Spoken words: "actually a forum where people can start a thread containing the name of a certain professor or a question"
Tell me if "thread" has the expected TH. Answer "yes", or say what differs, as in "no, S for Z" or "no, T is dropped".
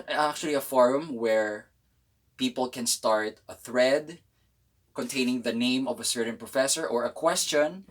yes